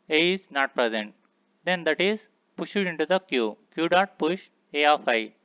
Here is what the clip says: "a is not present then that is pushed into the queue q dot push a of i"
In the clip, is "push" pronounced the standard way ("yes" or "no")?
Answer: yes